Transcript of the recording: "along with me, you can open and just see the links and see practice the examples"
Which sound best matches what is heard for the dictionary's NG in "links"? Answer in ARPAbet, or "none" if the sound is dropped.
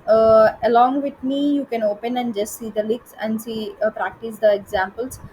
none